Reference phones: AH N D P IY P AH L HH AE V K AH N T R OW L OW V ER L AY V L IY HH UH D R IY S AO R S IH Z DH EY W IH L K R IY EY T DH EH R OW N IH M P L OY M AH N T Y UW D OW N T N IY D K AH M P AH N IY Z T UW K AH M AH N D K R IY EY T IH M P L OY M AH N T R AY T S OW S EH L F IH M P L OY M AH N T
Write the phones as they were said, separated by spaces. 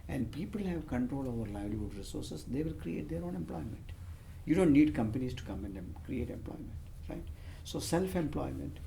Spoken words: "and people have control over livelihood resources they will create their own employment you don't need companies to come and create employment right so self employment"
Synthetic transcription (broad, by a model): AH N D P IY P AH L HH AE V K AH N T R OW L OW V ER L AY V L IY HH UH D R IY S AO R S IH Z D EY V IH L K R IY EY T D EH R OW N IH M P L OY M AH N T Y UW D OW N T N IY D K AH M P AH N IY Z T UW K AH M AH N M K R IY EY T IH M P L OY M AH N T R AY T S OW S EH L F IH M P L OY M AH N T